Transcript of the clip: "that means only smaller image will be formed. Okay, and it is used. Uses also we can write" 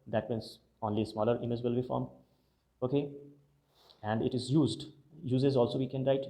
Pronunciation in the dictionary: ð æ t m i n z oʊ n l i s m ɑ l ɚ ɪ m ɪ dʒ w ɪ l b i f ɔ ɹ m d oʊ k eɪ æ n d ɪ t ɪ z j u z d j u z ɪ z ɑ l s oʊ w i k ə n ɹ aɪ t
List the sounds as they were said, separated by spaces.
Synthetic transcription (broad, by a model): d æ t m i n s oʊ n l i s m ɑ l ɚ ɪ m ɪ dʒ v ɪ l b i f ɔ ɹ m oʊ k eɪ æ n d ɪ t ɪ z j u z d j u z ɪ z ɑ l s oʊ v i k ə n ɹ aɪ t